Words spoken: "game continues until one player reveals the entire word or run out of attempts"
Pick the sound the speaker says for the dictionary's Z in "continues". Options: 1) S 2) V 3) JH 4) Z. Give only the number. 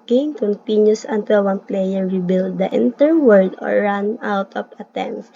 1